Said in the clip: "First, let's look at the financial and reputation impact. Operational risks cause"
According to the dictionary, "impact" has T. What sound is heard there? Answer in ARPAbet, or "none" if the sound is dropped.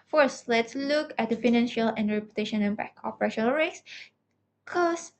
none